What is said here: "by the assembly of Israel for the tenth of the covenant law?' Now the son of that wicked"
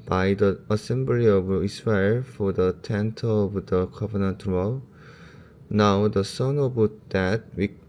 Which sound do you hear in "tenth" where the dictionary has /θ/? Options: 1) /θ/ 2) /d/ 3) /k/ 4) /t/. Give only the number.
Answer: 4